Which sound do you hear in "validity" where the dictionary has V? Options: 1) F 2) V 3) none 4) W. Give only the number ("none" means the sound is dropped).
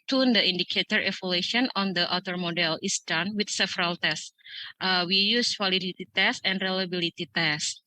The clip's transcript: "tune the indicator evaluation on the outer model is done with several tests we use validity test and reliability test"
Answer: 4